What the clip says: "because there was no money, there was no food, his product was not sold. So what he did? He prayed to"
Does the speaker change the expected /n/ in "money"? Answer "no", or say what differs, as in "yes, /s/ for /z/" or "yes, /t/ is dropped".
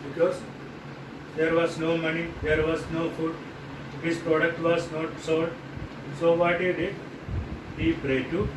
no